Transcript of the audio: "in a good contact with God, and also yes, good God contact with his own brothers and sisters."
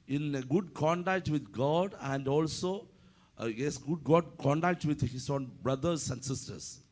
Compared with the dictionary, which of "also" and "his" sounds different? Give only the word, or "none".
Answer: his